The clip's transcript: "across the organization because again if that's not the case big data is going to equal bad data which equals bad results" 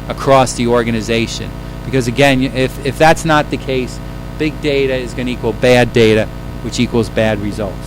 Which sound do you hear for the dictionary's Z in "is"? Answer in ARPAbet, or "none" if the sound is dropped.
Z